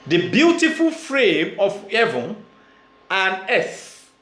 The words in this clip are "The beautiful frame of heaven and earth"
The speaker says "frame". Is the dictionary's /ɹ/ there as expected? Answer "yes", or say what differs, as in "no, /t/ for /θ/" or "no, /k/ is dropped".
yes